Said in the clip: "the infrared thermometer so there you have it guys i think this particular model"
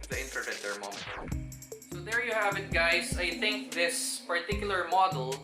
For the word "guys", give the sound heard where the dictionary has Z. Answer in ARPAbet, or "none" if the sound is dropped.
S